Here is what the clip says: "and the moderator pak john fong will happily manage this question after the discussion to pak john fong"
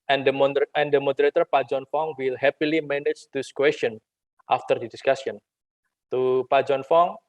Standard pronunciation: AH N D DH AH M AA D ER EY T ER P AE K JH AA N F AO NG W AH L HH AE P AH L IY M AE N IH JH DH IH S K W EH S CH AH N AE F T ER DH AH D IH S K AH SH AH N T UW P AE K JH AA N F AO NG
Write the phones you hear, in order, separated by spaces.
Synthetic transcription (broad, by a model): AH N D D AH M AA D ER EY T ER P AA JH AA N F AO NG W AH L HH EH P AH L IY M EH N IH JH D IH S K W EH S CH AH N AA F T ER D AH D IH S K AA S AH N T UW P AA JH AA N F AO NG